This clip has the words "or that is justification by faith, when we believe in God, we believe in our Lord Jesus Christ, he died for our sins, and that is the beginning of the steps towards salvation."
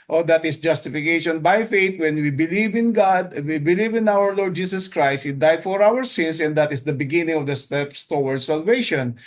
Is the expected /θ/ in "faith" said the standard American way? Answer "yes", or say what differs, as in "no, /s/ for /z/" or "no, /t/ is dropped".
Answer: no, /t/ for /θ/